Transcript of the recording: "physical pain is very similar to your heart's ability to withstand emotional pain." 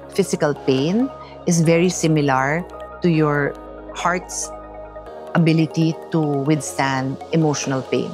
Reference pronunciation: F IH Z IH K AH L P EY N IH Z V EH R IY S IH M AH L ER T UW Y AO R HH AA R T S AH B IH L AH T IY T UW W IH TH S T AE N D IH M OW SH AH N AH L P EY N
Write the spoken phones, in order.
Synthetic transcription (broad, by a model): F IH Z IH K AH L P EY N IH S V EH R IY S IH M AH L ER T UW Y AO R HH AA R T S AH B IH L AH T IY T UW W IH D S T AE N D IH M OW SH AH N AH L P EY N